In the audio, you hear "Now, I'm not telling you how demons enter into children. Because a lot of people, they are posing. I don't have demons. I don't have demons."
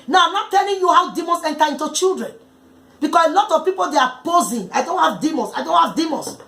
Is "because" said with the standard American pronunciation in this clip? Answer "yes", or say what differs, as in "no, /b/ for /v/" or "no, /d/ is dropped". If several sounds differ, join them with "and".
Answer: no, /s/ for /z/